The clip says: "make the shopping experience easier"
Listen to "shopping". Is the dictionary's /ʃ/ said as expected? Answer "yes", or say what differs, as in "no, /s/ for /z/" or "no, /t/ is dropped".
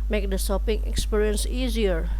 no, /s/ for /ʃ/